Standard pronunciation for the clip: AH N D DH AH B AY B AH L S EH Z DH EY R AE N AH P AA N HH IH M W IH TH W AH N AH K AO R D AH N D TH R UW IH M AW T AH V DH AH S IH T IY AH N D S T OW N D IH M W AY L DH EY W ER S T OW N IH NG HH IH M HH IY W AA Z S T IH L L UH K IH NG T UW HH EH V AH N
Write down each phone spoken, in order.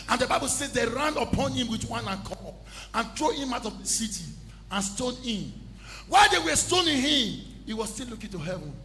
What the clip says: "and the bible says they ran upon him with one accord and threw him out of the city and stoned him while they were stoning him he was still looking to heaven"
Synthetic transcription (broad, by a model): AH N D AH B AY B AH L S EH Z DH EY R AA N AH P AA N HH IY M W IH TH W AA N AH K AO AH N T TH R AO IH M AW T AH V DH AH S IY T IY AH N S T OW D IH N W AY L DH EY W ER S T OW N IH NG HH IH M HH IY W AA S T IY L L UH K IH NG T UW HH EH V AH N